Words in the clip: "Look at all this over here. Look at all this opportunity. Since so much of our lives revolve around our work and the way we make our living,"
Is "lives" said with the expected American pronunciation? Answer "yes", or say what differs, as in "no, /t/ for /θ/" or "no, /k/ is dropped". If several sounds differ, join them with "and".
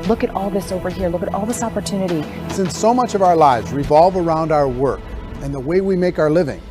yes